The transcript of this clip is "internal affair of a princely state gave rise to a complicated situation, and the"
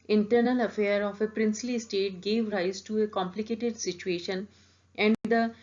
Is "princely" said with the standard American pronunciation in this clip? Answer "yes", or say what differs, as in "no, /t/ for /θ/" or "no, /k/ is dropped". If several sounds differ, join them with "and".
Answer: yes